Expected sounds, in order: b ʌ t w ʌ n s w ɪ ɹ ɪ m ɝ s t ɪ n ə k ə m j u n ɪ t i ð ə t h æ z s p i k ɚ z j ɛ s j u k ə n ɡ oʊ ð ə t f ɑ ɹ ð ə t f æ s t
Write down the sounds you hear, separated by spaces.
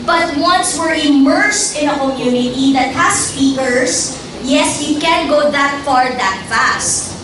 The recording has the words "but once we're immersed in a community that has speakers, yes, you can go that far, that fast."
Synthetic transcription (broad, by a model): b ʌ t w ʌ n s w ɪ ɹ ɪ m ɝ s t ɪ n ə k ə m j u n ɪ t i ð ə t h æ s p i k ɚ s j ɛ s j u k ə n ɡ oʊ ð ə t f ɑ ɹ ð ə t f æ s t